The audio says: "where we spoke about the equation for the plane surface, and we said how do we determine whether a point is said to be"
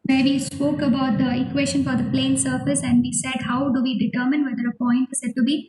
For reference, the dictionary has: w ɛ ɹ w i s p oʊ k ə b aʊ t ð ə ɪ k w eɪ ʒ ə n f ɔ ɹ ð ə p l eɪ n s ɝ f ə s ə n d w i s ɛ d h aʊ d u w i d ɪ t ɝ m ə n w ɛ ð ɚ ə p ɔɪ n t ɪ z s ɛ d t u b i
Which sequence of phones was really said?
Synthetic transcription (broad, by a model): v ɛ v i s p oʊ k ə b aʊ t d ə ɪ k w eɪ ʃ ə n f ɔ ɹ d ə p l eɪ n s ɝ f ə s ə n d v i s ɛ d h aʊ d u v i d ɪ t ɝ m ə n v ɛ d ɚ ə p ɔɪ n t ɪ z s ɛ d t u b i